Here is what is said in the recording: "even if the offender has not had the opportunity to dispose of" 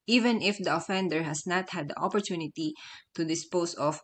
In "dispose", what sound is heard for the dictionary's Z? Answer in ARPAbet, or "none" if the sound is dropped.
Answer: S